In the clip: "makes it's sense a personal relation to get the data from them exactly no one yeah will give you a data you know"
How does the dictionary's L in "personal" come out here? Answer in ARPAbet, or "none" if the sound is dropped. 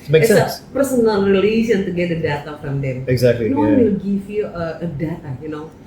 N